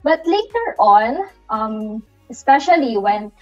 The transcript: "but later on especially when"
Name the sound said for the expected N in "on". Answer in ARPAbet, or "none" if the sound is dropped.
L